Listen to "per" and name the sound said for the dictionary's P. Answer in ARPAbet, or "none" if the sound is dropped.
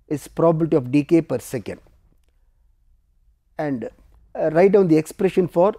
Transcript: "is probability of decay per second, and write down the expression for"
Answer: P